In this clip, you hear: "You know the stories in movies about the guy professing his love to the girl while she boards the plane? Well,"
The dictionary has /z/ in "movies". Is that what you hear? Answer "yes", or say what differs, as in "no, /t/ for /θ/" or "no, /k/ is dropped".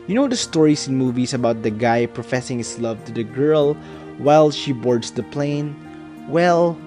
no, /s/ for /z/